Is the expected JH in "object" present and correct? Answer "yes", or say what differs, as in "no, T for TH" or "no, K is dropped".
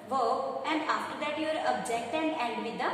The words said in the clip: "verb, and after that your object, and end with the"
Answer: yes